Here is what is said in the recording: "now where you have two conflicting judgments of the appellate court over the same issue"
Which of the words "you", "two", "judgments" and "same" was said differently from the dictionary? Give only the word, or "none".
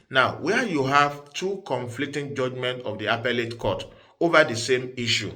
judgments